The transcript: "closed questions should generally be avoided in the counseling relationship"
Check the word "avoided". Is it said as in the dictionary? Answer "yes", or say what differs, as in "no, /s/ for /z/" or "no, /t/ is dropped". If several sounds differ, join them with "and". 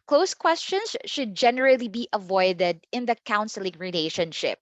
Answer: yes